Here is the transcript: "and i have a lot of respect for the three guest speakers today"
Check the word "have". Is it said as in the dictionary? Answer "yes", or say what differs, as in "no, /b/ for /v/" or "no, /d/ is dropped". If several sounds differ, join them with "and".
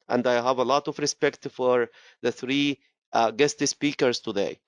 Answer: yes